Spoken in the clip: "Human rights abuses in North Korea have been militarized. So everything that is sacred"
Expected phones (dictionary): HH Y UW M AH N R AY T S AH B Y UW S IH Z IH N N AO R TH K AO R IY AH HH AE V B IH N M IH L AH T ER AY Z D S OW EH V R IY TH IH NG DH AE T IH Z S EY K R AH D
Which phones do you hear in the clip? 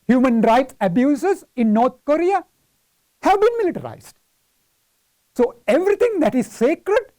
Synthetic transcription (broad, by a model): HH Y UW M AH N R AY T S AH B Y UW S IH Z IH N N AO R T K AO R IY AH HH AE V B IH N M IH L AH T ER AY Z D S OW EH V R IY T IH NG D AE T IH Z S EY K R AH D